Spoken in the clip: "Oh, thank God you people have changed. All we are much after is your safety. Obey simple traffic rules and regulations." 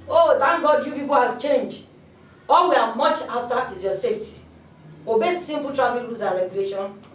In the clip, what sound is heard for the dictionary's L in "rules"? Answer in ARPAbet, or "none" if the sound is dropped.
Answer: none